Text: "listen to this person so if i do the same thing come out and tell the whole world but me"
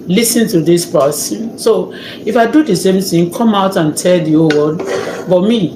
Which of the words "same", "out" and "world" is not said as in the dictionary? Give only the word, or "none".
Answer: world